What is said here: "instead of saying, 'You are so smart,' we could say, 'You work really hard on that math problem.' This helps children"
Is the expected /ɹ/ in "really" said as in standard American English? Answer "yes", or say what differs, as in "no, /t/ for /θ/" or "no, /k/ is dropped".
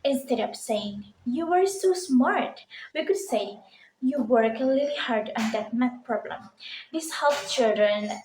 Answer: no, /l/ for /ɹ/